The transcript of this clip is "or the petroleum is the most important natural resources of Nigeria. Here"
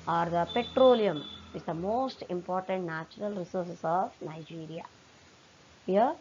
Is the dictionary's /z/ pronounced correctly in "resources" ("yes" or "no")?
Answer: no